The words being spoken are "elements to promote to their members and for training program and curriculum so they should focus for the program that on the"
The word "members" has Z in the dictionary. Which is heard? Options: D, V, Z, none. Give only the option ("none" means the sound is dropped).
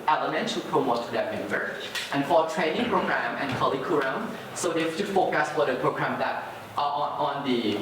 none